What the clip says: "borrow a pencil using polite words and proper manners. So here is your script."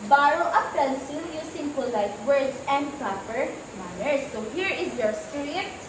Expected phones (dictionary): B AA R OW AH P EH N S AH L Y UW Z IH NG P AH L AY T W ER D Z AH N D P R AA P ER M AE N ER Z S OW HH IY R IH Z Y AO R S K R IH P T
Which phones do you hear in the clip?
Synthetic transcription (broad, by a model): B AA R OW AH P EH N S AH N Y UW S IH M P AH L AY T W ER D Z AH N D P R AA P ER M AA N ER S OW HH IY R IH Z Y AO R S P R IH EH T